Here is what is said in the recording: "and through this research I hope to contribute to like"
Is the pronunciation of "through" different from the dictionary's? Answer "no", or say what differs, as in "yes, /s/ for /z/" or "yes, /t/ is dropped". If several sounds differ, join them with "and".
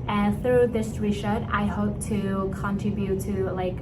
no